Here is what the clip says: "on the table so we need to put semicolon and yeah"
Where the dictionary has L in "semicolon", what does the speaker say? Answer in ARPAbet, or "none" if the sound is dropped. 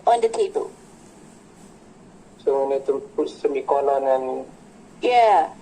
N